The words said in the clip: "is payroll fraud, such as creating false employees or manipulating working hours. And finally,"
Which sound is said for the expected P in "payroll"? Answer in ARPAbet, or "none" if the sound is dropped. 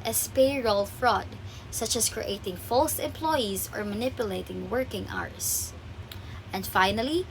P